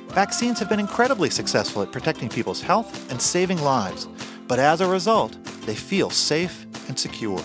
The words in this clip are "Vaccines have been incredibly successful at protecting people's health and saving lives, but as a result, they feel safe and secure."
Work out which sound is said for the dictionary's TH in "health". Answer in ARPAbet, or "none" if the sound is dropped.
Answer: TH